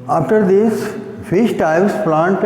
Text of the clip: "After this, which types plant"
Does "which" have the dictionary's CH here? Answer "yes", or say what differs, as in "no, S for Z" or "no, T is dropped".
no, SH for CH